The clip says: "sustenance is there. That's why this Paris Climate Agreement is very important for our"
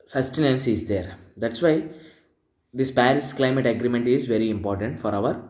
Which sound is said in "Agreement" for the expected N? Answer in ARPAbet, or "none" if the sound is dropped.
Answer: N